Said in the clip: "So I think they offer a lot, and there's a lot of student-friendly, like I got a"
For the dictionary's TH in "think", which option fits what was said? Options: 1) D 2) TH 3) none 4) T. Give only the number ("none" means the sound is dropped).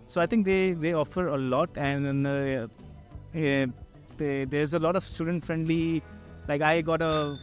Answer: 4